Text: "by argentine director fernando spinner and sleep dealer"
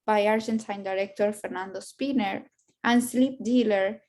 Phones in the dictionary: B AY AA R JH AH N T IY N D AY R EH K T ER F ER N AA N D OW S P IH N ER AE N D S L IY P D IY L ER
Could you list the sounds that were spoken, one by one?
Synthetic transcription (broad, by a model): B AY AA R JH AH N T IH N D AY R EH K T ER F ER N AA N D OW S P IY N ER AE N D S L IY P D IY L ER